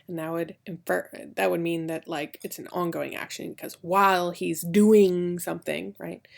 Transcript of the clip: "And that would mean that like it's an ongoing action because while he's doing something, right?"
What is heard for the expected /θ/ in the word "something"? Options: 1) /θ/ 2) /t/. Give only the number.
1